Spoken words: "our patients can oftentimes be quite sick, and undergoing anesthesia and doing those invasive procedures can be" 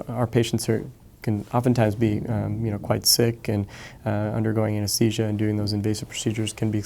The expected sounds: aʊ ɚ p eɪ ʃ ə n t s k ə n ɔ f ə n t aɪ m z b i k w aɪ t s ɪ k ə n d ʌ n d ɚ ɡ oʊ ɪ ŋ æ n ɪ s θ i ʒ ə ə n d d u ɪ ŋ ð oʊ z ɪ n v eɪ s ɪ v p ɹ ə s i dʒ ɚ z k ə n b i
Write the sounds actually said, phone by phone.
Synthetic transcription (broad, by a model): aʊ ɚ p eɪ ʃ n t s k ə n ɔ f ə n t aɪ m z b i k w aɪ t s ɪ k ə n ʌ n d ɚ ɡ oʊ ɪ ŋ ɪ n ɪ s i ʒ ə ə n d d u ɪ ŋ ð oʊ z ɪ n v eɪ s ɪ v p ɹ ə s i dʒ ɚ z k ə n b i